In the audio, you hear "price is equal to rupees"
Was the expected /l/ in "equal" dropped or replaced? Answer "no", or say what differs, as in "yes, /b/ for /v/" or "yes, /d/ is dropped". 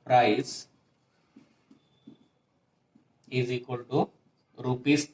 yes, /n/ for /l/